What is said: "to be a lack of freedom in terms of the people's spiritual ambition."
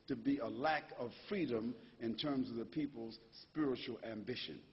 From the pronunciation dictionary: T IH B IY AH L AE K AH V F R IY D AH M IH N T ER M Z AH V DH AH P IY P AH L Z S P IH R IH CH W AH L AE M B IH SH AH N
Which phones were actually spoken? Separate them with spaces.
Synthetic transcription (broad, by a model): T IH B IY AH L AE K AH V F R IY D AH M IH N T ER M Z AH V DH AH P IY P L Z S P IH R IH CH L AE M B IH SH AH N